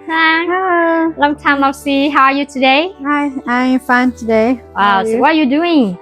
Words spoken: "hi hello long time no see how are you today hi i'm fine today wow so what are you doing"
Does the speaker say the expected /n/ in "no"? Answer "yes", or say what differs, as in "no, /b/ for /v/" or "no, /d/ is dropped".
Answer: no, /l/ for /n/